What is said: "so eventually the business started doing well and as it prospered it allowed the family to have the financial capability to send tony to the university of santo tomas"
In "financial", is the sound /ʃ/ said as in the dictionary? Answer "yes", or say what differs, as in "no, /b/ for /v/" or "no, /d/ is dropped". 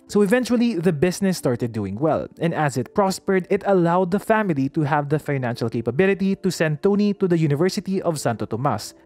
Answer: yes